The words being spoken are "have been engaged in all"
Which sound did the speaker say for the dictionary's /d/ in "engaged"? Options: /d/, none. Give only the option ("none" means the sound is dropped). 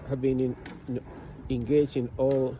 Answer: none